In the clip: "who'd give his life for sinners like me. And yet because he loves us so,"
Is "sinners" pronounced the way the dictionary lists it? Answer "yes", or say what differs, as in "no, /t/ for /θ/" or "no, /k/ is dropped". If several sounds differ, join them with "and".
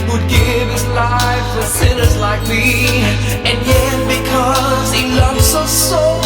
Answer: yes